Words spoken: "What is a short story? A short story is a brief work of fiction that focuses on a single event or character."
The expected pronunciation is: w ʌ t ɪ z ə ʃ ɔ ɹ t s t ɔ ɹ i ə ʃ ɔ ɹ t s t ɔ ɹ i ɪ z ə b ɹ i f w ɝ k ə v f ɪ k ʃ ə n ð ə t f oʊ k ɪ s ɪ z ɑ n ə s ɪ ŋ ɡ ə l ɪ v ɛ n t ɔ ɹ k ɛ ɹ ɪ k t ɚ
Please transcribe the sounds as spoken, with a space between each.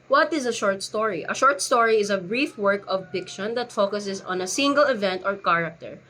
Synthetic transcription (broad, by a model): w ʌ t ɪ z ə ʃ ɔ ɹ t s t ɔ ɹ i ə ʃ ɔ ɹ t s t ɔ ɹ i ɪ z ə b ɹ i f w ɝ k ə v p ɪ k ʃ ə n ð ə t f oʊ k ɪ s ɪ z ɑ n ə s ɪ ŋ ɡ ə l ɪ v ɛ n t ɔ ɹ k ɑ ɹ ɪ k t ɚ